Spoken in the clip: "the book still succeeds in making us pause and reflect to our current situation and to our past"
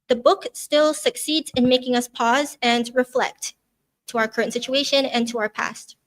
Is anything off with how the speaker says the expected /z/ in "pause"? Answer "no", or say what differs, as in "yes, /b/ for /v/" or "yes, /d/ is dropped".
no